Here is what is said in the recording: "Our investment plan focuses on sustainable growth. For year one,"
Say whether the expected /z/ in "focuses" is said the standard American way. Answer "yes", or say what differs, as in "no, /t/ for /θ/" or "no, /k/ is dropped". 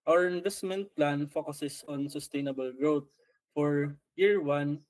no, /s/ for /z/